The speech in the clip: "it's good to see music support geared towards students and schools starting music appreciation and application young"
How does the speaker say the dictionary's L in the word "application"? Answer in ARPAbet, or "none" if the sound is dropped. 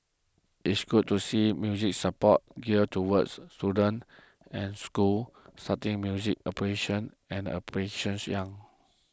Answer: none